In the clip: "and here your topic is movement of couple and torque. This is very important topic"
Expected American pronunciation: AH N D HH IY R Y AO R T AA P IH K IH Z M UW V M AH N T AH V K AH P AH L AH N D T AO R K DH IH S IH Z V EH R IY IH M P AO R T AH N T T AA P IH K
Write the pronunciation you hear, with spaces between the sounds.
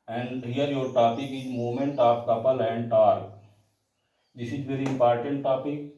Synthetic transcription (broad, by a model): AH N D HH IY R Y AO R T AA P IH K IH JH M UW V M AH N T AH P K AH P AH L AH N D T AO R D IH S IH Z V EH R IY IH M P AO R T AH N T T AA P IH K